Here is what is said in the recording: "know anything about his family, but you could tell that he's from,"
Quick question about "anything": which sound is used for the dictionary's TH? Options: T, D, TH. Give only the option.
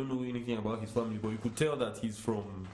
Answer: TH